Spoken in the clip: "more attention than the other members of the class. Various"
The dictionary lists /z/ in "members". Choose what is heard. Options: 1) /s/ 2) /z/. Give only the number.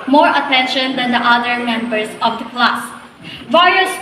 1